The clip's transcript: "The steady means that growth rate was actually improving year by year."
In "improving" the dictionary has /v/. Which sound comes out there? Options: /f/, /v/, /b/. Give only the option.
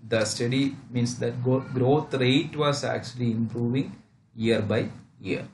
/v/